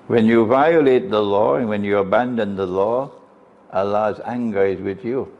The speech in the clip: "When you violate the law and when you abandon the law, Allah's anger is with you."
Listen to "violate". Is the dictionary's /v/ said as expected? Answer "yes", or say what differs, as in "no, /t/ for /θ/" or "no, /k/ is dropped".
yes